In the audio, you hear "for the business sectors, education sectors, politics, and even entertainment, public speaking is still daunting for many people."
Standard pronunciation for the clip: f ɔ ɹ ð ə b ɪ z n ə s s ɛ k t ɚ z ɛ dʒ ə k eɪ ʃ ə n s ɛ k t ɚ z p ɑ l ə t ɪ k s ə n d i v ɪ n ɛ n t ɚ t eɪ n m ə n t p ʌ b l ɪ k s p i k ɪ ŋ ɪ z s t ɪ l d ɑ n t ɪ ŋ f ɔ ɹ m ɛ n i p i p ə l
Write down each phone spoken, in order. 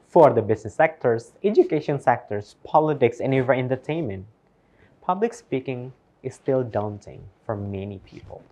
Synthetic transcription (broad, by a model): f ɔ ɹ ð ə b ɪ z n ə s s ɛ k t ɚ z ɛ dʒ ə k eɪ ʃ ə n s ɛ k t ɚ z p ɑ l ə t ɪ k s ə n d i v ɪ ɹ ɛ n t ɚ t eɪ n m ə n t p ʌ b l ɪ k s p i k ɪ ŋ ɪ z s t ɪ l d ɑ n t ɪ ŋ f ɔ ɹ m ɛ n i p i p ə l